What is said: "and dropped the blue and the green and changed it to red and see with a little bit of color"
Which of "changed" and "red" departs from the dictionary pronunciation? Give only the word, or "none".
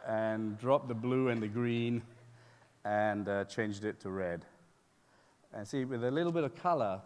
none